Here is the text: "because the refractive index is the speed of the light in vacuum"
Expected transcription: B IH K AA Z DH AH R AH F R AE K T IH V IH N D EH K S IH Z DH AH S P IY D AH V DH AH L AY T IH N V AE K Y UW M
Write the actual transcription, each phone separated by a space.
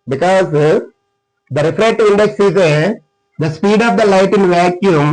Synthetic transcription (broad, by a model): B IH K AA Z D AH R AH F R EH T T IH IH N D EH K S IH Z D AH S P IY D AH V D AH L AY T IH N V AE K Y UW M